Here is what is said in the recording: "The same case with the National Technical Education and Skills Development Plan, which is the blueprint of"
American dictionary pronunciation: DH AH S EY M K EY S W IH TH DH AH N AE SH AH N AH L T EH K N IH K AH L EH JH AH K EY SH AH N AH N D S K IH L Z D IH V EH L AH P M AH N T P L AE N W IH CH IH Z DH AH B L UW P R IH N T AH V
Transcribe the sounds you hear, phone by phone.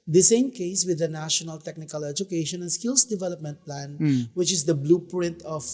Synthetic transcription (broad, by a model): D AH S EY M K EY S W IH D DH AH N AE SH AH N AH L T EH K N IH K AH L EH JH AH K EY SH AH N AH N S K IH L S D IH V EH L AH P M AH N T P L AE N W IH CH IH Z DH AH B L UW P R IH N T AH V